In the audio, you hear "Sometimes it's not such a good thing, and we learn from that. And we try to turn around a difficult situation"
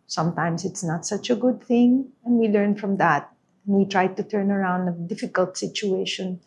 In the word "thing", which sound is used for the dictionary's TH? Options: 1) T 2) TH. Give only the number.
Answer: 2